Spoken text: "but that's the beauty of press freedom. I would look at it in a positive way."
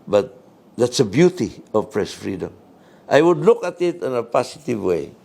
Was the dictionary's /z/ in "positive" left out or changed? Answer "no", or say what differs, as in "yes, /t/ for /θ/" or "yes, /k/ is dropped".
yes, /s/ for /z/